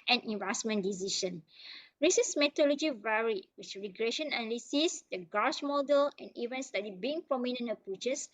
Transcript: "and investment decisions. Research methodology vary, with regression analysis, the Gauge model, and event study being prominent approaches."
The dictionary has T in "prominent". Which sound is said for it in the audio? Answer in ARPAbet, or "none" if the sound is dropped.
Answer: none